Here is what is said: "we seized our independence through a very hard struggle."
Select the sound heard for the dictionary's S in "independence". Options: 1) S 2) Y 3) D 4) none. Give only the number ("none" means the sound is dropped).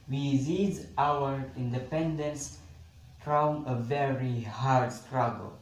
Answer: 1